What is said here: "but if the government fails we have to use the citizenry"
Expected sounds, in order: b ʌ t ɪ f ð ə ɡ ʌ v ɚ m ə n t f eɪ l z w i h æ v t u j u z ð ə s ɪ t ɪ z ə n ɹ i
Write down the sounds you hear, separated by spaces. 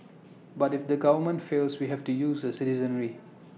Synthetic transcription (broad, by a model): b ʌ t ɪ f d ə ɡ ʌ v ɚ m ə n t f eɪ l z w i h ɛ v t u j u z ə s ɪ t ɪ z ə n ɹ i